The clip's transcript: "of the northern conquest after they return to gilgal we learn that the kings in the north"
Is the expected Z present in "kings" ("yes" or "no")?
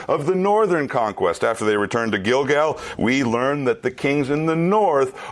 yes